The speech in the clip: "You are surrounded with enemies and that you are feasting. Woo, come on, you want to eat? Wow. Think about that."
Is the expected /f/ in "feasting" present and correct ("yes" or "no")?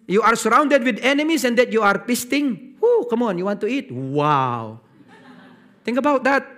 no